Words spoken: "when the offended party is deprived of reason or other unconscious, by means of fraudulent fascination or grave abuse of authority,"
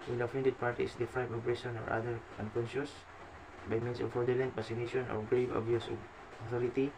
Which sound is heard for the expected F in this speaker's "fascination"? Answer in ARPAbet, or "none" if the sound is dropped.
P